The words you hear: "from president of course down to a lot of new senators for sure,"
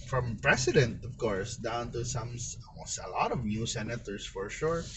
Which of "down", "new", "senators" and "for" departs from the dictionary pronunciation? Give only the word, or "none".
senators